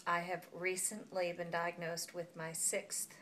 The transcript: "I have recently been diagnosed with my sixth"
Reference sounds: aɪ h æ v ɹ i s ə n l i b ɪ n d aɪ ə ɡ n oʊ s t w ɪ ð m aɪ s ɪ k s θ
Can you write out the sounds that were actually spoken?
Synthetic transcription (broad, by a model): aɪ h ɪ v ɹ i s ə n l i b ɪ n d aɪ ə ɡ n oʊ s t w ɪ ð m aɪ s ɪ k s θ